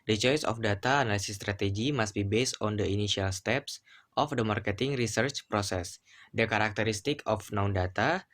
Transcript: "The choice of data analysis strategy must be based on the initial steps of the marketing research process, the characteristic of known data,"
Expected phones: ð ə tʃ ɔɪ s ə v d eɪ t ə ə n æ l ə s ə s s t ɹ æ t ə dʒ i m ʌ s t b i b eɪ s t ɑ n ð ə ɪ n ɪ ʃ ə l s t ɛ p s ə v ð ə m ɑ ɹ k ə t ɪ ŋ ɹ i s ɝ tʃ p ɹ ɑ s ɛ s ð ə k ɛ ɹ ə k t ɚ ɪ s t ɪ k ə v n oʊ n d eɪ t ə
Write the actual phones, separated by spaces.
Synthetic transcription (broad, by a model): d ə tʃ ɔɪ s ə f d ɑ t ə n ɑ l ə s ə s s t ɹ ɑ t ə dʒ i m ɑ s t b i b eɪ s t ɑ n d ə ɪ n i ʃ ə l s t ɛ p s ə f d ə m ɑ ɹ k ə t ɪ ŋ ɹ i s ɝ tʃ p ɹ ɑ s ɛ s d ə k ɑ ɹ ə k t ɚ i s t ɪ k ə f n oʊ n d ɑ t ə